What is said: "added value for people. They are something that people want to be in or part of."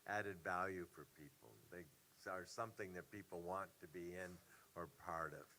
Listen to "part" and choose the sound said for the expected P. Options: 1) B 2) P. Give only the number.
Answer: 2